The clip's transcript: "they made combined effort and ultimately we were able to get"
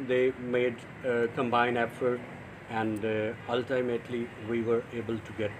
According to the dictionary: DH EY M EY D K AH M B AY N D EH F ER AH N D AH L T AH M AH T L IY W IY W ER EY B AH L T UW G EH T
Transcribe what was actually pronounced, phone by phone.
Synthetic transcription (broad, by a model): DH EY M EY D K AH M B AY N EH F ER AH N D AH L T AH M AH T L IY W IY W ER EY B AH L T UW G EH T